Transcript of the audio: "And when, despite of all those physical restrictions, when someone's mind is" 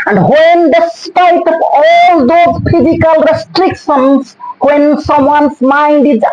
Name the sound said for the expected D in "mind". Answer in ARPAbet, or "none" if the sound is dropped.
D